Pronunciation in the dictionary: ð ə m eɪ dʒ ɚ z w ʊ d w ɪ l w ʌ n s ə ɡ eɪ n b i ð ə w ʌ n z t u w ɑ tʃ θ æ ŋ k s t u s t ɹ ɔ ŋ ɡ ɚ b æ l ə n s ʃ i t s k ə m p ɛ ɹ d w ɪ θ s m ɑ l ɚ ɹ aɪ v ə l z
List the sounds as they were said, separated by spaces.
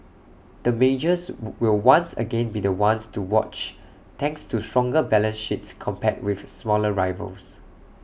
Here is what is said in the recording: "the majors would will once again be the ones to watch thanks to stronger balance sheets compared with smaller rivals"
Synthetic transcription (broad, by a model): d ə m eɪ dʒ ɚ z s w ɪ l w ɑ n s ə ɡ eɪ n b i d ə w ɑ n s t u w ɑ tʃ t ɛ ŋ k s t u s t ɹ ɔ ŋ ɡ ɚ b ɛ l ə n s ʃ i t s k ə m p ɛ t w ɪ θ s m ɑ l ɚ ɹ aɪ v ə l s